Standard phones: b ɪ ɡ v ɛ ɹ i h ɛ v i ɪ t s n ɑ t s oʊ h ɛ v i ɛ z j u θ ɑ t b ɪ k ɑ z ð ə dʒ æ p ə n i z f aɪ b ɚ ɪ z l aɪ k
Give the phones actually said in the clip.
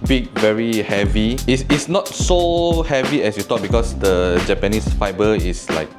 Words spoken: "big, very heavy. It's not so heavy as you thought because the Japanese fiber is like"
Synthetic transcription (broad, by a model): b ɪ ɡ v ɛ ɹ i h ɛ v i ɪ s s n ɑ t s oʊ h ɛ v i ɛ s j u t ɑ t b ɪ k ɑ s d ə dʒ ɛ p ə n i s f aɪ b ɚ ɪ s l aɪ k